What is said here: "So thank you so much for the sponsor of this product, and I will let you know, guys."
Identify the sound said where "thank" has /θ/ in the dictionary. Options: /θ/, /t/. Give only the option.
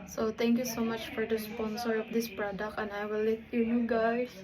/t/